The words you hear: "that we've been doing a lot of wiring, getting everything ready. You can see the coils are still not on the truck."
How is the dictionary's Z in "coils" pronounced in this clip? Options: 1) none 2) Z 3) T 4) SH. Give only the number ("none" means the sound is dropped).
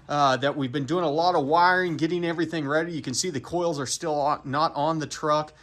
2